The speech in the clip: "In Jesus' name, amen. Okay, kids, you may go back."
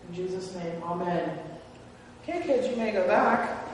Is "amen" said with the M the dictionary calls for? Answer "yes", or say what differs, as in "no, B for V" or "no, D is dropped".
yes